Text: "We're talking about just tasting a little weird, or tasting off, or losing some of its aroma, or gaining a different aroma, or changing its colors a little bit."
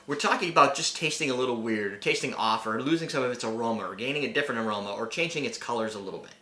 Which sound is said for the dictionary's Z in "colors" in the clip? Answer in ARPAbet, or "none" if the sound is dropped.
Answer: Z